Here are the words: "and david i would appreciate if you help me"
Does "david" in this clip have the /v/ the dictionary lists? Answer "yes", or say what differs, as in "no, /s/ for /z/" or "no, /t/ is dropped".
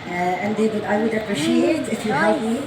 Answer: no, /w/ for /v/